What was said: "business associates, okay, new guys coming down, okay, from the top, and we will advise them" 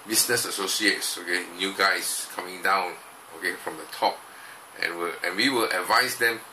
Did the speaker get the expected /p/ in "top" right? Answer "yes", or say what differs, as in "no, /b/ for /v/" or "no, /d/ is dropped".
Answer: yes